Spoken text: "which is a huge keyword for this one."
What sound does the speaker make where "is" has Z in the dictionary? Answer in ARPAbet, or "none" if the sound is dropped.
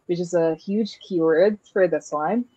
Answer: Z